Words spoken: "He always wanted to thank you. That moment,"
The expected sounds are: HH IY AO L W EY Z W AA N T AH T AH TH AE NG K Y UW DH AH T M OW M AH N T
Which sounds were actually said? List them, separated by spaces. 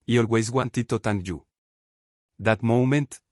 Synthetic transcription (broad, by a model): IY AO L W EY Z W AA N T AH T AH T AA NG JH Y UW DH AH T M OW M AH N T